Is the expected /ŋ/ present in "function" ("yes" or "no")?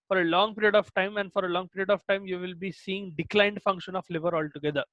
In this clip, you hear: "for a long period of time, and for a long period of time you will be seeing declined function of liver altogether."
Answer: yes